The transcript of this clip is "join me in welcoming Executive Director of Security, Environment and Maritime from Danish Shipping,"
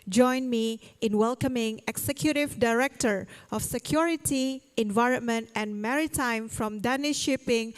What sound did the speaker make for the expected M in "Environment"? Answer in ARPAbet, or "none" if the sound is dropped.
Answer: M